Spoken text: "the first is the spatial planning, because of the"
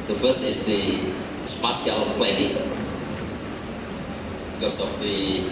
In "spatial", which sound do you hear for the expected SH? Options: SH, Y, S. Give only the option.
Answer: S